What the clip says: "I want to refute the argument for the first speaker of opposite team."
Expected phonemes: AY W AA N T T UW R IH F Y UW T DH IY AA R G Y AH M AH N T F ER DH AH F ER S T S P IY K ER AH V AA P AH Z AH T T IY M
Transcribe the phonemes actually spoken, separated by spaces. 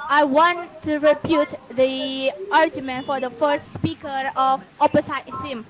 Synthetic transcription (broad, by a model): AY W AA N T T UW R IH P Y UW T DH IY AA R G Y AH M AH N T F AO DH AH F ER S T S P IY K ER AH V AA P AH S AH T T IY M